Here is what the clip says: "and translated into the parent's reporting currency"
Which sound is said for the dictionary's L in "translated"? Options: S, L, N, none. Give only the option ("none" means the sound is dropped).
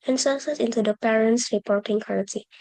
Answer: none